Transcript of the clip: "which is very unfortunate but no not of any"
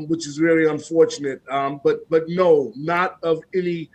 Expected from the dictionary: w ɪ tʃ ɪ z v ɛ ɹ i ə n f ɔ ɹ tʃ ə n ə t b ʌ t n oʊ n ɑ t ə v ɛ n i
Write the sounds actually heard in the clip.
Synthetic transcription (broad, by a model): w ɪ tʃ ɪ z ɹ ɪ l i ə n f ɔ ɹ tʃ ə n ə t b ʌ t n oʊ n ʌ t ə v ɛ n i